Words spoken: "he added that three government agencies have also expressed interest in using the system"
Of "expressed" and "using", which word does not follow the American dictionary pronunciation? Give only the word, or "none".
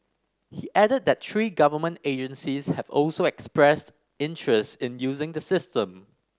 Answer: none